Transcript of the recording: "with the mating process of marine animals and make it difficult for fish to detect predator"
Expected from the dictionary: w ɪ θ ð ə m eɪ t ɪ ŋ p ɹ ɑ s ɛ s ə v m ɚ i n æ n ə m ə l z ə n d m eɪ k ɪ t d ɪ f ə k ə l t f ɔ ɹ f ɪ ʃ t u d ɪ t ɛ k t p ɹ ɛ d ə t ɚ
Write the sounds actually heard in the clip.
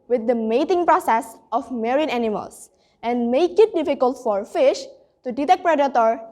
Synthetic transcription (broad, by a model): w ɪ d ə m eɪ t ɪ ŋ p ɹ ɑ s ɛ s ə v m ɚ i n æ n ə m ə l s ə n d m eɪ k ɪ t d ɪ f ə k ə l t f ɔ ɹ f ɪ ʃ t u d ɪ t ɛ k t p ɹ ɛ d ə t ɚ